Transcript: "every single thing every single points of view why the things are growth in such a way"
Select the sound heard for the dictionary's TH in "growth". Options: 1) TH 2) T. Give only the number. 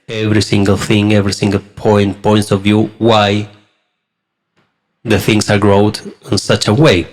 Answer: 2